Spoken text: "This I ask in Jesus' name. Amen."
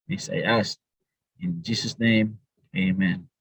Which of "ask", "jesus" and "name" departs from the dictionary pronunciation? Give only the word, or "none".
ask